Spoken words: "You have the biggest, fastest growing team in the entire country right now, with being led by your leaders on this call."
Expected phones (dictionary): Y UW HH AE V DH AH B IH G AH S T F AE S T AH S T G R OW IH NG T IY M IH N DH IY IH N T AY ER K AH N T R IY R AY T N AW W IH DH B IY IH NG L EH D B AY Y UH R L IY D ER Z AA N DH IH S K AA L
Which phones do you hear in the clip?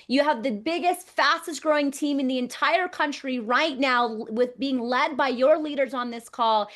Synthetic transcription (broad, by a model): Y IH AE V DH AH B IH G AH S T F AE S T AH S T G R OW IH NG T IY M IH N DH IY IH N T AY ER K AH N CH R IY R AY T N AW W IH DH B IY IH NG L EH D B AY Y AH R L IY D ER Z N DH IH S K AA L